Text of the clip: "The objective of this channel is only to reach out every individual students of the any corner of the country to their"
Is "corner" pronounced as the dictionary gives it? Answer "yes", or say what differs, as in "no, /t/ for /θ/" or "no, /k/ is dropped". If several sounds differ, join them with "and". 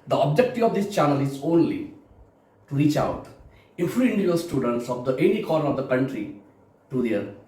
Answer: no, /n/ is dropped